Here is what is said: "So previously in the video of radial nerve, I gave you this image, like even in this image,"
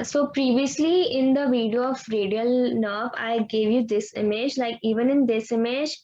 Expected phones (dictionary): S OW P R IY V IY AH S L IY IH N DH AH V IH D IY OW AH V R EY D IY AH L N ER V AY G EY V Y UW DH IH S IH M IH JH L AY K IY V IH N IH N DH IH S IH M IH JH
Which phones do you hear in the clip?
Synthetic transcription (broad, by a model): S OW P R IY V IY AH S L IY IH N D AH V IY D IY OW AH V R EY D IY AH L N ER B AY G EY V Y UW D IH S IH M IH JH L AY K IY V IH N IH N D IH S IH M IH JH